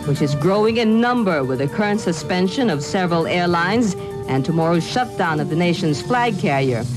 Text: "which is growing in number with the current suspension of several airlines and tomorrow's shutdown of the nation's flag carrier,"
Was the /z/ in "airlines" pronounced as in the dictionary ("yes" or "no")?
yes